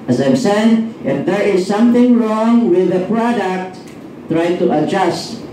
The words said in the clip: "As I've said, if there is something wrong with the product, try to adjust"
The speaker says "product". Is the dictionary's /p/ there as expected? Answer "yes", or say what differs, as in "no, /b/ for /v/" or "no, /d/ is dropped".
yes